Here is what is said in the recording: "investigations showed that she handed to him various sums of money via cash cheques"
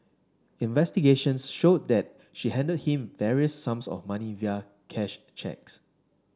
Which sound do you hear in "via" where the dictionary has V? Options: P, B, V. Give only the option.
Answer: V